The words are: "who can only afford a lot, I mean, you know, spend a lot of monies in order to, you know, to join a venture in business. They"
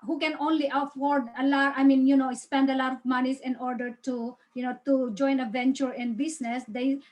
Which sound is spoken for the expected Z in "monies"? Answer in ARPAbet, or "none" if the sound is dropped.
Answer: S